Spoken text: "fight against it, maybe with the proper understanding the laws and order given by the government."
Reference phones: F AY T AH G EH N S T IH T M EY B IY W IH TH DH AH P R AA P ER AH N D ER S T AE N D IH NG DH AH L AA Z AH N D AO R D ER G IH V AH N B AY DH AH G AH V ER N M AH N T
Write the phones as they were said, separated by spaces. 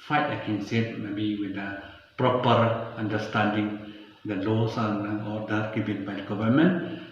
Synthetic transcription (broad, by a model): F AY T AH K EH N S IH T M EY B IY W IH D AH P R AA P ER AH N D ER S T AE N D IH NG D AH L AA S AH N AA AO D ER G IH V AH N B AY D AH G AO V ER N M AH N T